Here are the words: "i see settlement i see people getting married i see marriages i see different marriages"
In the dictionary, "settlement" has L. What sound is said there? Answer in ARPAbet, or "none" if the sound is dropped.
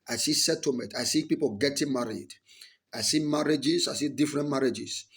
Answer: none